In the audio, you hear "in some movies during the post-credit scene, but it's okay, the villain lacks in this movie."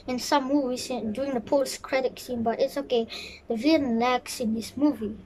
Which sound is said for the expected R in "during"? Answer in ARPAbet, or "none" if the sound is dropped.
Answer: none